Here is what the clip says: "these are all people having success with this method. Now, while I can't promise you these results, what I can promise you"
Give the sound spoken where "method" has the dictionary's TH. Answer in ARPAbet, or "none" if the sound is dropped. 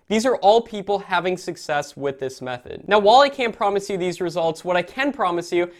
TH